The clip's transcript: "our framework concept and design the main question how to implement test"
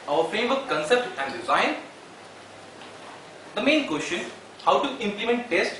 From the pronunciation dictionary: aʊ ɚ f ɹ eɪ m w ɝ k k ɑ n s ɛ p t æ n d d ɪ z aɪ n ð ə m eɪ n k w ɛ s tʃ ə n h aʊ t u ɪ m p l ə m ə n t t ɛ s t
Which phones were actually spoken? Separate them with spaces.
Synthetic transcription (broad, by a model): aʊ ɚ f ɹ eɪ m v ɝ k k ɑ n s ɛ p t æ n d d ɪ z aɪ n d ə m eɪ n k w ɛ s tʃ ə n h aʊ t u ɪ m p l ə m ə n t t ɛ s t